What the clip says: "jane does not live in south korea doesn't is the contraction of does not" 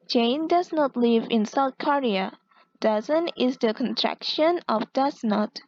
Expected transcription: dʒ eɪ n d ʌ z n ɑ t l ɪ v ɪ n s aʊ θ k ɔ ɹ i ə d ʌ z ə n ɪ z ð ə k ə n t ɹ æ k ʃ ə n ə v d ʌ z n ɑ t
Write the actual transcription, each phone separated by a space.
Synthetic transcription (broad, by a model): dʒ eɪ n d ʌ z n ɑ t l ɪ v ɪ n s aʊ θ k ɔ ɹ i ə d ʌ z ə n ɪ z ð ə k ə n t ɹ æ k ʃ ə n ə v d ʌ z n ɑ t